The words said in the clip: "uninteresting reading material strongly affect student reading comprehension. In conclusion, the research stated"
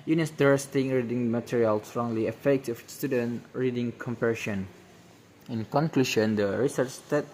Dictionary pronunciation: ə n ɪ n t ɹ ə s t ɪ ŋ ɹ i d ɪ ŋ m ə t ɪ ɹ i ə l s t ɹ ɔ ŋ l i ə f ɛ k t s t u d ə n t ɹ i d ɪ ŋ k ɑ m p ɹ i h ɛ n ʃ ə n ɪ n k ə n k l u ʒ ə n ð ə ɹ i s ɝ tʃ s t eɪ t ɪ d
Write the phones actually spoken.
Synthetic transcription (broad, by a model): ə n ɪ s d ɹ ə s t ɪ ŋ ɹ i d ɪ ŋ m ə t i ɹ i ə l s t ɹ ɔ ŋ l i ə f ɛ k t s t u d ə n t ɹ i d ɪ ŋ k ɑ m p i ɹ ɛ ʃ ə n ɪ n k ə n k l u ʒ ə n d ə ɹ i s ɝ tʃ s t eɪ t